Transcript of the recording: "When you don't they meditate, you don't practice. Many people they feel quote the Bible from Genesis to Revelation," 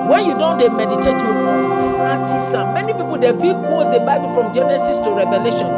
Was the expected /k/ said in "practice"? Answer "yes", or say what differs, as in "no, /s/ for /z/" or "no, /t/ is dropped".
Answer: no, /k/ is dropped